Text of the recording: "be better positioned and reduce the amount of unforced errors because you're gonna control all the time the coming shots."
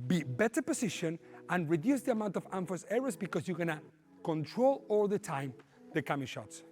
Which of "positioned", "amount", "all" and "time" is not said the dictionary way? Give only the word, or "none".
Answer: positioned